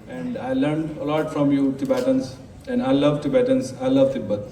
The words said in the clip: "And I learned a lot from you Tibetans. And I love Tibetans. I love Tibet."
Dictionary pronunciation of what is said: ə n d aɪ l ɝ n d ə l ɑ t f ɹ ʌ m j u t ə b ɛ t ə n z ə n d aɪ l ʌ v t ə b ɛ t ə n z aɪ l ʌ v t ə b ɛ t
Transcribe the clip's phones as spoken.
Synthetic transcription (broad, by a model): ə n d aɪ l ɝ n d ə l ɑ t f ɹ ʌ m j u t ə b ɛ t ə n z ə n d aɪ l ʌ v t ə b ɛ t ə n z aɪ l ʌ v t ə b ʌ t